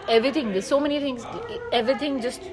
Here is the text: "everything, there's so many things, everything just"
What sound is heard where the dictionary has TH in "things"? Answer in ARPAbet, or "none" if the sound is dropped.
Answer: T